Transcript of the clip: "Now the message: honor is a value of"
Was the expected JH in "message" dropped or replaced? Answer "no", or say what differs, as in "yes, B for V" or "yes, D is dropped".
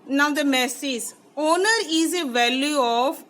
yes, Z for JH